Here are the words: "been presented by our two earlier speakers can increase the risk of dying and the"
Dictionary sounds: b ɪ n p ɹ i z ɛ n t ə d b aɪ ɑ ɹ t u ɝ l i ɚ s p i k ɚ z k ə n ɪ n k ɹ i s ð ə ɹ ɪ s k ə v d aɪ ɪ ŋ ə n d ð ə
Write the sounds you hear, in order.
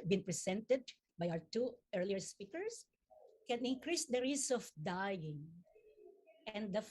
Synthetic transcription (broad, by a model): b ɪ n p ɹ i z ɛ n t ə d b aɪ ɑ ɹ t u ɝ l i ɚ s p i k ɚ s k ə n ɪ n k ɹ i s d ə ɹ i s ə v d aɪ ɪ ŋ ə n d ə